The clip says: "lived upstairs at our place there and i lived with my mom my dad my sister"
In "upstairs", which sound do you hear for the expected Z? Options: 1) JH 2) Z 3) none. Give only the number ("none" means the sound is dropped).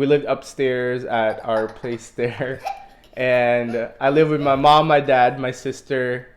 2